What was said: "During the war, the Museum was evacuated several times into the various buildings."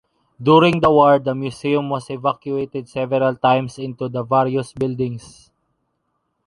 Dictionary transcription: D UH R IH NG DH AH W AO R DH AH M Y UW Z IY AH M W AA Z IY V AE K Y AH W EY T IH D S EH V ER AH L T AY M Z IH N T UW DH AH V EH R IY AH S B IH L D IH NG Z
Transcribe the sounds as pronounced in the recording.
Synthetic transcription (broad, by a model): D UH R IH NG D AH W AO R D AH M Y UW S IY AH M W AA S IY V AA K Y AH EY T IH D S EH V ER AH L T AY M S IH N T UW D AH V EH R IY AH S B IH L D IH NG S